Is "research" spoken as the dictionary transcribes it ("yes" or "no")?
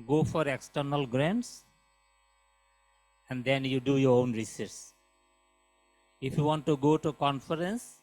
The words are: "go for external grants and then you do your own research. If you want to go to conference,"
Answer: no